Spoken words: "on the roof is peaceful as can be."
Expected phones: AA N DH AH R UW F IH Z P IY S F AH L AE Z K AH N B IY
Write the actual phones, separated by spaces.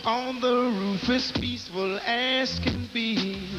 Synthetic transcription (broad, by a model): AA N DH AH R UW F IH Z P IY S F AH L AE S K AH N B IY